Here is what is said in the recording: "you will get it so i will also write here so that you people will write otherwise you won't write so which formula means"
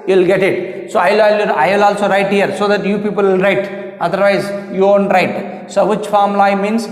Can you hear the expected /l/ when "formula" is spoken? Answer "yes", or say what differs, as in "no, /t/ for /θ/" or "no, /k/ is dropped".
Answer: no, /l/ is dropped